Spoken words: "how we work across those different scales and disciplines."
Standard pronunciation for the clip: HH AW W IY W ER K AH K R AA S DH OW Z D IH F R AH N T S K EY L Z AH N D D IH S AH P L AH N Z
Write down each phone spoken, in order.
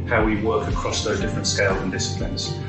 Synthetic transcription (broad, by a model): HH AW W IY W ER K AH K R AA S DH OW Z D IH F R AH N T S K EY L Z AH N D D IH S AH P L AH N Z